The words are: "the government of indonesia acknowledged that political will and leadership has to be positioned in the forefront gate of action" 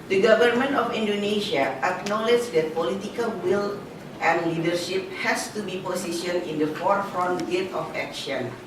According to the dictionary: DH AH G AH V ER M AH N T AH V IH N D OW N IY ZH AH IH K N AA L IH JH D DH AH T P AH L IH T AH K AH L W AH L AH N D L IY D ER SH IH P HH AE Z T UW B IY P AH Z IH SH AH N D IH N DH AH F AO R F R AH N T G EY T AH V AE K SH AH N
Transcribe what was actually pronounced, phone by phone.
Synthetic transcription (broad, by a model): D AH G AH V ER M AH N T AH F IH N D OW N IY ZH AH IH K N AA L IH JH D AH T P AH L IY T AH K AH L W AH L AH N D L IY D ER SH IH P HH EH S T UW B IY P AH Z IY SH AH N IH N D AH F AO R F R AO N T G EY T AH F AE K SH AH N